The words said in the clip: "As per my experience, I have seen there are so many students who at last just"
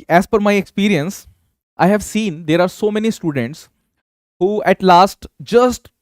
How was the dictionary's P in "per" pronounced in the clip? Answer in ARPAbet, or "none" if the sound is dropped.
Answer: F